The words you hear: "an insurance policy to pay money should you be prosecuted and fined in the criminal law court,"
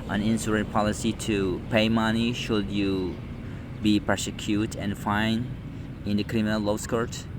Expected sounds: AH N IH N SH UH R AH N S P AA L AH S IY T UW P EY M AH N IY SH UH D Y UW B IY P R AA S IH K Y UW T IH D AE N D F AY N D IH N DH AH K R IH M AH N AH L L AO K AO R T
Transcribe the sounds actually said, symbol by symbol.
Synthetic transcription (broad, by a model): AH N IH N S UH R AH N P AA L AH S IY T UW P EY M AH N IY SH UH D Y UW B IY P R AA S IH K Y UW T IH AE N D F AY N D IH N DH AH K R IH M AH N AH L L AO K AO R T